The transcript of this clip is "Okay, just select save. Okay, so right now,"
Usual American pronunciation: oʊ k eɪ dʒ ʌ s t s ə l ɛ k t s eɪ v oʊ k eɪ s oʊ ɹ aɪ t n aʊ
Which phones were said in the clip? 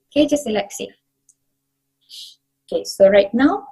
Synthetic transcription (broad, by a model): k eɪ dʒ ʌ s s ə l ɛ k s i oʊ k eɪ s oʊ ɹ aɪ t n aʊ